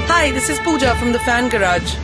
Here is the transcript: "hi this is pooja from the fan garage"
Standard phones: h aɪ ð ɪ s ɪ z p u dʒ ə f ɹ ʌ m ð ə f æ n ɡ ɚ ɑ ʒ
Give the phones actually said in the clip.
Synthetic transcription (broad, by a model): h aɪ ð ɪ s ɪ z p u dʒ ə f ɹ ʌ m ð ə f æ n ɡ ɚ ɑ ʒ